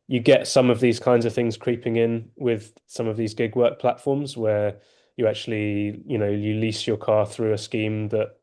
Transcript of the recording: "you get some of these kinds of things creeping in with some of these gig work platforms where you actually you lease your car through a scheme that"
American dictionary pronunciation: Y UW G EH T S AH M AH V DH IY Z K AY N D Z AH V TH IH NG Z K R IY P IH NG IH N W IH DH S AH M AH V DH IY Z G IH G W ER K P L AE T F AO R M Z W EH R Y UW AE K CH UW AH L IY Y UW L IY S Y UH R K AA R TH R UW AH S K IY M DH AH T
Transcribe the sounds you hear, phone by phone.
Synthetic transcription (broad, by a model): Y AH G EH T S AH M AH V DH IY Z K AY N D Z AH V TH IH NG Z K R IY P IH NG IH N W IH DH S AH M AH V DH IY Z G IH G W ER K P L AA T F AO M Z W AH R Y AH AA K CH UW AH N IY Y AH L IY S Y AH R K AA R TH R UW AH S K IY M DH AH T